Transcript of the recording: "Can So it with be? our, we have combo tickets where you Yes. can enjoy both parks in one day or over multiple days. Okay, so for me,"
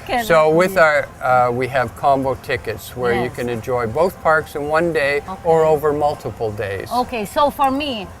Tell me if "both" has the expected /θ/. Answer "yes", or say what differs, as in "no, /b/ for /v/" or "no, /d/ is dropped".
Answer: yes